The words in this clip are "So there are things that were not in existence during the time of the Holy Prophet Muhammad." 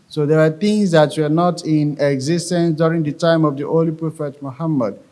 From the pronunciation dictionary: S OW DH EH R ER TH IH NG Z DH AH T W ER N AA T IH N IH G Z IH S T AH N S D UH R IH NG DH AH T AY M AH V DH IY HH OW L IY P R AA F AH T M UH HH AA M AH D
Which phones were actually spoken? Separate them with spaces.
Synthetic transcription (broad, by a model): S OW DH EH W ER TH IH NG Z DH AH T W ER N AA T IH N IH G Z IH S T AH N S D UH R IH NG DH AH T AY M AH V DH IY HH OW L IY P R AA F AH T M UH HH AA M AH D